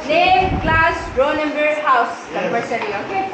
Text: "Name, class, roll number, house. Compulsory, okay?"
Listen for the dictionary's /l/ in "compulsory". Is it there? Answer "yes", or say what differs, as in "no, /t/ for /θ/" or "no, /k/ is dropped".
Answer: no, /l/ is dropped